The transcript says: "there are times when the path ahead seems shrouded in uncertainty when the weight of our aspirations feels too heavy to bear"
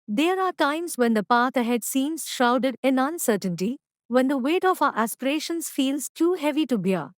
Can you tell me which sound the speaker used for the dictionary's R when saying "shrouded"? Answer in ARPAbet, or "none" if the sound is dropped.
none